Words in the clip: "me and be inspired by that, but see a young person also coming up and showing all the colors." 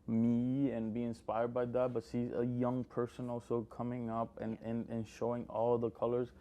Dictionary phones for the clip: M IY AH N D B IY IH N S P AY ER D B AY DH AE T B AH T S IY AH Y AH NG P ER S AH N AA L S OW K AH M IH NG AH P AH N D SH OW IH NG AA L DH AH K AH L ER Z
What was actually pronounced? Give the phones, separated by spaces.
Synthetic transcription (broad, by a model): M IY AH N B IY IH N S P AY ER D B AY DH AE T B AH T SH IY AH Y AH NG P ER S AH N AA L S OW K AH M IH NG AH P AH N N SH OW IH NG AA L DH AH K AH L ER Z